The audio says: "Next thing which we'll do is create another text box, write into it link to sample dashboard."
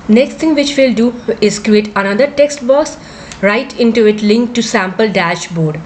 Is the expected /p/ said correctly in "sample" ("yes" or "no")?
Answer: yes